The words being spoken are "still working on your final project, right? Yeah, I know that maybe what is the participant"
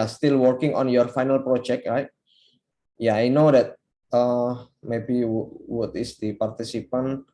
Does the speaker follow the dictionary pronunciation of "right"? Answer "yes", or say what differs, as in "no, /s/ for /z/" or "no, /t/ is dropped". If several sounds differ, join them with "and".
yes